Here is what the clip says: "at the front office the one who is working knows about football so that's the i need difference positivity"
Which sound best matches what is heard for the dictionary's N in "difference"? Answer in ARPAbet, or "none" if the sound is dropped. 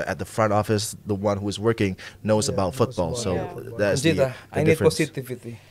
none